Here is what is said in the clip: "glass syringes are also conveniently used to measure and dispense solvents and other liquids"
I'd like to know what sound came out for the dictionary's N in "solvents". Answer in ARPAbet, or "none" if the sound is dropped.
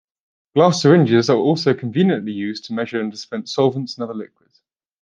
N